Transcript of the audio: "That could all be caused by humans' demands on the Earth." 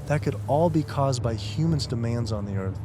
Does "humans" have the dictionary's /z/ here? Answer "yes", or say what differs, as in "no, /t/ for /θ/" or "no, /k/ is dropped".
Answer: yes